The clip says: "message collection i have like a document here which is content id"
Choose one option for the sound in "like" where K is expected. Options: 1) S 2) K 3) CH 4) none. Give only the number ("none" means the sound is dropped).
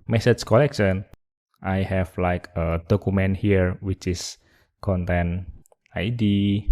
2